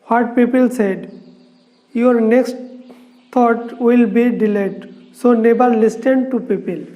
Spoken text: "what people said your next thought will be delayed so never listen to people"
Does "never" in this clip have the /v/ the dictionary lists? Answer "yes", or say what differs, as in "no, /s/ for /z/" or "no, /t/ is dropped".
no, /b/ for /v/